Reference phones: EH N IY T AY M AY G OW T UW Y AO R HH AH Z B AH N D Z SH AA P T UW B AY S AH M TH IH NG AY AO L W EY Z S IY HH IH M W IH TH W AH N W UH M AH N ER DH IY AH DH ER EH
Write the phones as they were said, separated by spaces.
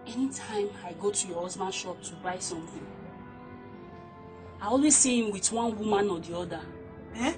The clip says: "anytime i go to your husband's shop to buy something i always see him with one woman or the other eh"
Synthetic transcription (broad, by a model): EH N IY T AY M AY G OW T UW Y AO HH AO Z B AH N SH AA P T UW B AY S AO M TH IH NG AY AO L W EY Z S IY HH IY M W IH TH W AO N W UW M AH N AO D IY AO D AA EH